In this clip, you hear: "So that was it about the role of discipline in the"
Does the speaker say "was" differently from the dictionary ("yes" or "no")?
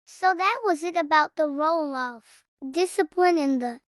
no